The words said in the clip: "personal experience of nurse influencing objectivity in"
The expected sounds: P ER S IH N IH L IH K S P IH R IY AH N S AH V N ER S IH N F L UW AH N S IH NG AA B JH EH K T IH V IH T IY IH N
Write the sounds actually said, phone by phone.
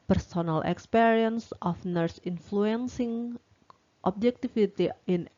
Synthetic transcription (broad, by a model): P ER S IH N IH L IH K S P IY R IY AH N S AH F N ER S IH N F L UW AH N S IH NG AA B JH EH K T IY F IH T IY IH N